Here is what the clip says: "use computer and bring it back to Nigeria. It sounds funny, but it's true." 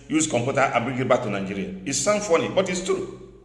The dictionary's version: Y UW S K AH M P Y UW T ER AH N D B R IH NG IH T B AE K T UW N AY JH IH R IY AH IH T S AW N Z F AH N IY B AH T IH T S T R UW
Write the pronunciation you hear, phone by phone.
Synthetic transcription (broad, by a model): Y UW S K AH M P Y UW T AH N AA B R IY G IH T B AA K T UW N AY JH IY R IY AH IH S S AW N F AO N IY B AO T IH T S T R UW